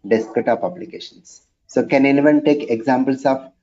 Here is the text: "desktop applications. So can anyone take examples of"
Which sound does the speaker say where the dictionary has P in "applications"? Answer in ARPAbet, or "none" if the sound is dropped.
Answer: B